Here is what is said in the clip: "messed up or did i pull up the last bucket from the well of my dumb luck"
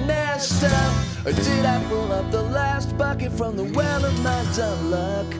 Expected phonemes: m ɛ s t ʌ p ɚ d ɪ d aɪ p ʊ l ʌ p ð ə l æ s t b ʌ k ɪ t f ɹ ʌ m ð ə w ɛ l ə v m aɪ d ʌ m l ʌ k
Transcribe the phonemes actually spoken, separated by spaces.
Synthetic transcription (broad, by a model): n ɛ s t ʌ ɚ d ɪ d aɪ b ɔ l ʌ p ð ə l æ s t b ʌ k ɪ t f ɹ ʌ m ð ə w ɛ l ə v m aɪ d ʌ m l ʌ k